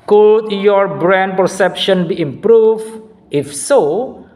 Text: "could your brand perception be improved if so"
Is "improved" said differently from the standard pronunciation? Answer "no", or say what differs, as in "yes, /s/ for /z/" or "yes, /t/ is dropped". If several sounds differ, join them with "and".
yes, /d/ is dropped